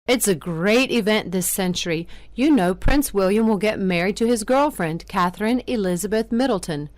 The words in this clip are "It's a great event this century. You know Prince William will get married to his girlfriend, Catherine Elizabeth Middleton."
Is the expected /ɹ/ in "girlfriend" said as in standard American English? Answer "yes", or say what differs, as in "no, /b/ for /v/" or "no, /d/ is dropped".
yes